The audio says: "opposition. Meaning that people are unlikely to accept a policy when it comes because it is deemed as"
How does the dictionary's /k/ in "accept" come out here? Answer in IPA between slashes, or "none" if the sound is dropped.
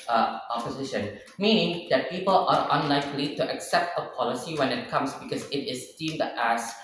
/k/